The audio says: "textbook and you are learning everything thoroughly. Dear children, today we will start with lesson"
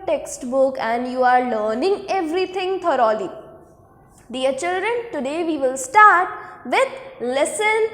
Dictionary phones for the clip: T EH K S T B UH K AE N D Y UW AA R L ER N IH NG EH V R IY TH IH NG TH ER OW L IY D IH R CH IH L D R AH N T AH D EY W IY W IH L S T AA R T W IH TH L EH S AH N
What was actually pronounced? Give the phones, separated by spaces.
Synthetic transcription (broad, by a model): T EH K S T B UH K AE N D Y UW AA R L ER N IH NG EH V R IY T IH NG T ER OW L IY D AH R CH IH L D R AH N T AH D EY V IY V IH L S T AA R T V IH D L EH S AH N